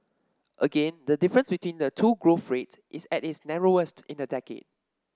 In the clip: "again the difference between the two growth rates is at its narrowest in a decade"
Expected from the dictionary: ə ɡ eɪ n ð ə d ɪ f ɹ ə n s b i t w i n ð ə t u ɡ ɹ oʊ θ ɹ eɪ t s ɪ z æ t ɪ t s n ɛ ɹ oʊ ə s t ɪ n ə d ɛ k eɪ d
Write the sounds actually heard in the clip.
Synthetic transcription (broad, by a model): ə ɡ eɪ n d ə d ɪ f ɹ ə n s b i t w i n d ə t u ɡ ɹ oʊ f ɹ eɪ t s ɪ s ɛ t ɪ t s n ɛ ɹ oʊ ə s t ɪ n ə d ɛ k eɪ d